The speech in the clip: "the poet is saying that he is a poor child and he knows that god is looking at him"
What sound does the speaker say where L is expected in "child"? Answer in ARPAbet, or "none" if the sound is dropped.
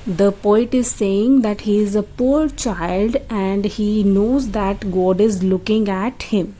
L